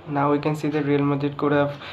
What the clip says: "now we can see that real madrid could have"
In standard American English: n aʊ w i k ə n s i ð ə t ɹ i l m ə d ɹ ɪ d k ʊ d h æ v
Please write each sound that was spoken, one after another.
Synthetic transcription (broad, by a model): n aʊ w i k ə n s i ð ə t ɹ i l m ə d ɪ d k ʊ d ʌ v